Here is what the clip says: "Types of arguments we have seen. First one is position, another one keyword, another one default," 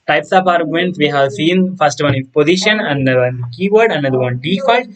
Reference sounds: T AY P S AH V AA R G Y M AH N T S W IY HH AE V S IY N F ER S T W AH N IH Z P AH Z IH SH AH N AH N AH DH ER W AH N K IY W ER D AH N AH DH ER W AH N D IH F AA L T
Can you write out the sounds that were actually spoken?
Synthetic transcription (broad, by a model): T AY P S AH P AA R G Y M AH N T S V IY HH AE V S IY N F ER S T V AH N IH P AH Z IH SH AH N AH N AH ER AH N K IY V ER D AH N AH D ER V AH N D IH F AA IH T